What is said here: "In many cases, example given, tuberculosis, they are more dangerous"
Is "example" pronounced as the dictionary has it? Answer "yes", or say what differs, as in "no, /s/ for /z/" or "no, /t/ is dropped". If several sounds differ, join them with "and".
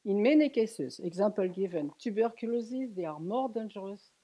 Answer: no, /m/ is dropped